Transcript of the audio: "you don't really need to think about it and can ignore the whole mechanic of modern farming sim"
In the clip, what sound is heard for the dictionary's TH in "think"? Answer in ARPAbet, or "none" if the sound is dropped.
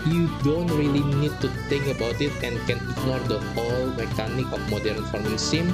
T